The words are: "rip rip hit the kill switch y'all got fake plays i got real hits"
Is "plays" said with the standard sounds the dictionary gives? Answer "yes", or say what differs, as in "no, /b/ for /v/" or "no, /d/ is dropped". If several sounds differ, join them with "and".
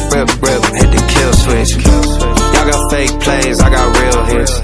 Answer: yes